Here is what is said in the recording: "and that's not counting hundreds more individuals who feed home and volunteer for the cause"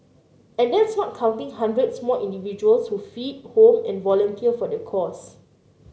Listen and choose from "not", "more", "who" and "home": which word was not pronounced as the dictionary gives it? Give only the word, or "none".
more